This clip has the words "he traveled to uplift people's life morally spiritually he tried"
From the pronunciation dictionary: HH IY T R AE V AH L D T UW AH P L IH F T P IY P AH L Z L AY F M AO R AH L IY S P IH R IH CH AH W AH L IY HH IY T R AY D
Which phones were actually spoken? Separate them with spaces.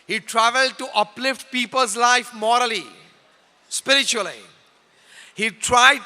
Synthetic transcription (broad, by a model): HH IY T R AE V AH L D T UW AH P L IH F T P IY P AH L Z L AY F M AO R AH L IY S P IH R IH CH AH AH L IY HH IY T R AY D